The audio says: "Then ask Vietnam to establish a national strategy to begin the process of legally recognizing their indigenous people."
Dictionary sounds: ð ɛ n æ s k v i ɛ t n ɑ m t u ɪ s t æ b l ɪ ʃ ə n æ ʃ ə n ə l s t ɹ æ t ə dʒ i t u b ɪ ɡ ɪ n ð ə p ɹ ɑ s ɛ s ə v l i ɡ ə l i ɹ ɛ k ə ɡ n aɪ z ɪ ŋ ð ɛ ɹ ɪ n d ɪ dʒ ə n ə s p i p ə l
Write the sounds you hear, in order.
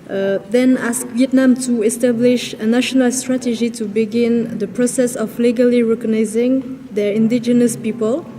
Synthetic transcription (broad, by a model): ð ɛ n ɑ s k v i ɛ t n ɑ m t u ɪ s t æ b l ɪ ʃ ə n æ ʃ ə n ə l s t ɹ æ t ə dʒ i t u b ɪ ɡ ɪ n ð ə p ɹ ɑ s ɛ s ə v l i ɡ ə l i ɹ ɛ k ə ɡ n aɪ z ɪ ŋ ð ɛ ɹ ɪ n d ɪ dʒ ə n ə s p i p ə l